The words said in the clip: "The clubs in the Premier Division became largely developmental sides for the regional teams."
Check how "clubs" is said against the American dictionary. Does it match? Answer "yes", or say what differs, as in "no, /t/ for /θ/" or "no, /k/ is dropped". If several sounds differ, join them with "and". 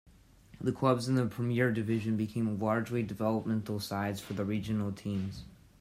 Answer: yes